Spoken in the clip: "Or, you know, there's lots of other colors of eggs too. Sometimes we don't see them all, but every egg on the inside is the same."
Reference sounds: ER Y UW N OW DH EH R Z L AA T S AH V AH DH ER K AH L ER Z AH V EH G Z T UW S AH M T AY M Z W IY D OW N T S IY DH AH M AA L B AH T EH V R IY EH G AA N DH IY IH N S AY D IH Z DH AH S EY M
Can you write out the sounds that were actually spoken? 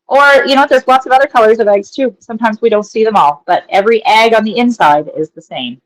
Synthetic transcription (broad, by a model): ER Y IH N OW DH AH R Z L AA T S AH V AH DH ER K AH L ER Z AH V EH G Z T UW S AH M T AY M Z W IY D OW N T S IY DH AH M AA L B AH T EH V R IY EH G AA N DH IY IH N S AY D IH Z DH AH S EY M